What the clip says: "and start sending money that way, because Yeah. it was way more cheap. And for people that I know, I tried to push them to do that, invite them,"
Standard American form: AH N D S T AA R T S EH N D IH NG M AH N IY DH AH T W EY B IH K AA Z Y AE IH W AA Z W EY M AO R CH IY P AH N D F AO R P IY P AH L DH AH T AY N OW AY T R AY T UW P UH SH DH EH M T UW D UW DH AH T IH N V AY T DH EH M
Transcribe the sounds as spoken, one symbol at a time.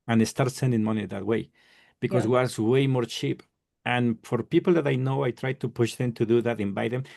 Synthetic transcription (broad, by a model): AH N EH S T AA R T S EH N D IH NG M AH N IY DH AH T W EY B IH K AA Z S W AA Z W EY M AO R CH IY P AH N F AO R P IY P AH L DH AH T AY N OW AY T R AY T UW P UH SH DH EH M T UW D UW DH AH T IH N B AY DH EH M